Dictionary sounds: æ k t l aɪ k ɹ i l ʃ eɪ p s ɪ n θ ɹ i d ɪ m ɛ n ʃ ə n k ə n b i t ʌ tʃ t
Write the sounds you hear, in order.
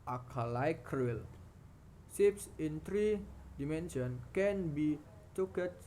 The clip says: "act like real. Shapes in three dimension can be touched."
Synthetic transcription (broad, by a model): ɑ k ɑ l aɪ k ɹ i l s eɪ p s ɪ n t ɹ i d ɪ m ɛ n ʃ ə n k ə n b i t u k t